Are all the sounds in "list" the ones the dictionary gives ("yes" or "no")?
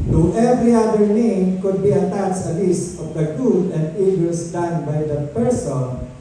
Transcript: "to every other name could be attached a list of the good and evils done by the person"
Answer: no